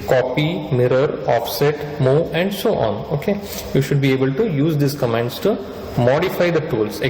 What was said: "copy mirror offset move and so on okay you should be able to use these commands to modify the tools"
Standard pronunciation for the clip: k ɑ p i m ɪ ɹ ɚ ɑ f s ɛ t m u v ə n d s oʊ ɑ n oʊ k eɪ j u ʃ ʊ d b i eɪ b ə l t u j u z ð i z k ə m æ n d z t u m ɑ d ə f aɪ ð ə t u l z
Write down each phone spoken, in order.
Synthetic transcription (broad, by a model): k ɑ p i m ɪ ɹ ɚ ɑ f s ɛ t m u ə n d s oʊ ɑ n oʊ k eɪ j u ʃ ʊ d b i eɪ b ə l t u j u z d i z k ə m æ n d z t u m ɑ d ə f aɪ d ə t u l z